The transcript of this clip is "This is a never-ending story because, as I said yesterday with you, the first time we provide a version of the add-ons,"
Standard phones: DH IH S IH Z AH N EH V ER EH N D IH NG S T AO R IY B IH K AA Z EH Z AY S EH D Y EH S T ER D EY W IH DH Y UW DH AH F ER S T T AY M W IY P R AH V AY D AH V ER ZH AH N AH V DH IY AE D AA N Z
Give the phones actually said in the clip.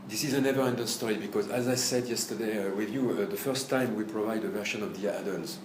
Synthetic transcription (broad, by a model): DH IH S IH Z AH N EH V ER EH N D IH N S T AO R IY B IH K AA Z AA Z AY S EH D Y EH S T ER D EY W IH DH Y UW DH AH F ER S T T AY M W IY P R AH V AY D AH V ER SH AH N AH V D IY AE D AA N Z